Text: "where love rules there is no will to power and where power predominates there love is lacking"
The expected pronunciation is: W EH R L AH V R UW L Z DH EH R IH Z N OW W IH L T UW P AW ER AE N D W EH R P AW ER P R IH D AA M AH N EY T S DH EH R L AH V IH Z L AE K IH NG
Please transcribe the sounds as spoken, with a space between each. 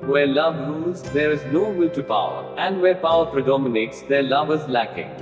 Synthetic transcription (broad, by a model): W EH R L AH V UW Z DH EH R IH Z N OW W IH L T UW P AW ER AE N D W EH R P AW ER P R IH D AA M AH N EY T S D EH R L AH V IH Z L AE K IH NG